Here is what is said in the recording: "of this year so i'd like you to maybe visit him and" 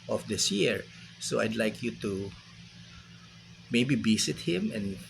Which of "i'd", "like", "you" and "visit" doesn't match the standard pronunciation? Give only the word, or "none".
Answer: visit